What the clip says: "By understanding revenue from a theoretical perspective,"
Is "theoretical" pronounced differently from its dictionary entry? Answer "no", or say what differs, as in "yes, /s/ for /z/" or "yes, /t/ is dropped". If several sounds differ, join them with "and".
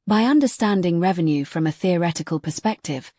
no